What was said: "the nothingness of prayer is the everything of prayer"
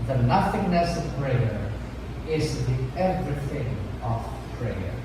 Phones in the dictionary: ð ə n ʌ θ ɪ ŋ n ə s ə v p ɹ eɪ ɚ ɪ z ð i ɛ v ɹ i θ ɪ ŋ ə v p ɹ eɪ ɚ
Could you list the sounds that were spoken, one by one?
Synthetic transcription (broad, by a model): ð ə n ʌ θ ɪ ŋ n ə s ə v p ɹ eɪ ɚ ɪ z ð i ɛ v ɹ i θ ɪ ŋ ə v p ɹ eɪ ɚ